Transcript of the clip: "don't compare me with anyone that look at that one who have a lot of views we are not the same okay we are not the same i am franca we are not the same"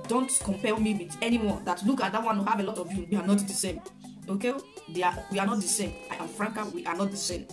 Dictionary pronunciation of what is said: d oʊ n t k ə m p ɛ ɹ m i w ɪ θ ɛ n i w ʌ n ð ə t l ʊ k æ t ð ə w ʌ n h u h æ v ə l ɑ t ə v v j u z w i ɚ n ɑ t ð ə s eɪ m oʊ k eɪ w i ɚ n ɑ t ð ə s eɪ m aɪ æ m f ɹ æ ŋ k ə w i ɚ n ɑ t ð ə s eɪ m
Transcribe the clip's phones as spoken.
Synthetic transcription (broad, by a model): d oʊ n t k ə m p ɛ l m i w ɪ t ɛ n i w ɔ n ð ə t l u k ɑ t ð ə w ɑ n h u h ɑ v ə l ɑ t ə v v j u w i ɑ n ɑ t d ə s eɪ m oʊ k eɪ w i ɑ n ɑ t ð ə s eɪ m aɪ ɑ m f ɹ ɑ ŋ k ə w i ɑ n ɑ t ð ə s eɪ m